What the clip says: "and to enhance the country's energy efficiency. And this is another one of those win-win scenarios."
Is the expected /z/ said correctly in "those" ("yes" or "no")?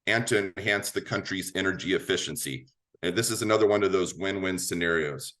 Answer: yes